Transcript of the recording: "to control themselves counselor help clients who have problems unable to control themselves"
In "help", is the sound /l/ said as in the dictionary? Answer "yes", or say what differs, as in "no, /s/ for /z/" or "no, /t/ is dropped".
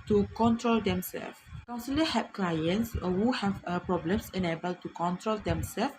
no, /l/ is dropped